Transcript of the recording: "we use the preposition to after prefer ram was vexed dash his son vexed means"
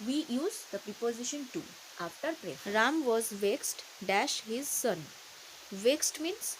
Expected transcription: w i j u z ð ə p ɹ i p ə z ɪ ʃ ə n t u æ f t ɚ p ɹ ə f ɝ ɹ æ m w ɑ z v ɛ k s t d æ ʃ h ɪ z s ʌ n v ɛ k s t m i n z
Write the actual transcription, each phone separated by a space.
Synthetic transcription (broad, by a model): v i j u z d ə p ɹ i p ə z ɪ ʃ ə n t u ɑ f t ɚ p ɹ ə ɹ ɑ m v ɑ z v ɛ k s t d æ ʃ h ɪ z s ʌ n v ɛ k s t m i n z